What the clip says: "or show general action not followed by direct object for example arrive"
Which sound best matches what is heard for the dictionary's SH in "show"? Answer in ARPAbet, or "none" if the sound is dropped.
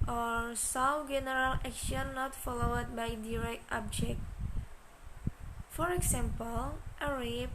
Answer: S